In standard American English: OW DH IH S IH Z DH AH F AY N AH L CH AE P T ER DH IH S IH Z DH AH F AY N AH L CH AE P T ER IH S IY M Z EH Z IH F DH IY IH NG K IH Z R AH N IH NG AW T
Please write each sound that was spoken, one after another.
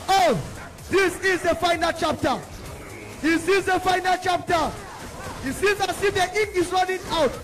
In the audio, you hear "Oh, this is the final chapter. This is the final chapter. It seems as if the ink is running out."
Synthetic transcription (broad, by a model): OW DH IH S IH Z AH F AY N AH L CH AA P T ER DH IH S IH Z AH F AY N AH L CH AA P T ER IH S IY Z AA S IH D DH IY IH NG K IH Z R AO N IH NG AW T